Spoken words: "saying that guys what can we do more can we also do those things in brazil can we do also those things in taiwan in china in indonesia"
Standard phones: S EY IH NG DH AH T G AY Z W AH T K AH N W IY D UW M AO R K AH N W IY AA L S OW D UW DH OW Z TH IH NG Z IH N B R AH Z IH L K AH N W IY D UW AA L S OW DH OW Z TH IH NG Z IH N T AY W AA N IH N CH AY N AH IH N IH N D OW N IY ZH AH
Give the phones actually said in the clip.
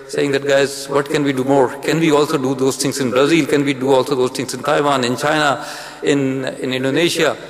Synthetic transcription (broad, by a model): S EY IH NG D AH T G AY Z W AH T K AH N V IY D UW M AO R K AH N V IY AA L S OW D UW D OW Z T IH NG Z IH N B R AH Z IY L K AH N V IY D UW AA L S OW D OW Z T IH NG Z IH N T AY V AA N IH N CH AY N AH IH N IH N D OW N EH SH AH